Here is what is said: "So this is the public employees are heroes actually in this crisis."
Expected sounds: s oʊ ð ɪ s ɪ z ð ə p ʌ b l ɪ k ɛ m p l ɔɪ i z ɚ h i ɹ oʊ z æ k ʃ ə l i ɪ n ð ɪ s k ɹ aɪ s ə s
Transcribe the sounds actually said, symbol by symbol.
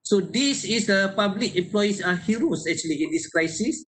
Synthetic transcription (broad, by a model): s oʊ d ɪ s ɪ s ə p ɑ b l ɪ k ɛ m p l ɔɪ i s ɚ h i ɹ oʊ s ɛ k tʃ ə l i ɪ n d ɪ s k ɹ aɪ s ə s